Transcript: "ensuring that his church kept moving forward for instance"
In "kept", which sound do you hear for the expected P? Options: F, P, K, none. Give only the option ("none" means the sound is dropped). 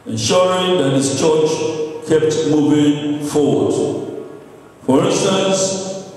P